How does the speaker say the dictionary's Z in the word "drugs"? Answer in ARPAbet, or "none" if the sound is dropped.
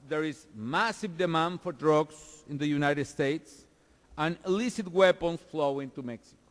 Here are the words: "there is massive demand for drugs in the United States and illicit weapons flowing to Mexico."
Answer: S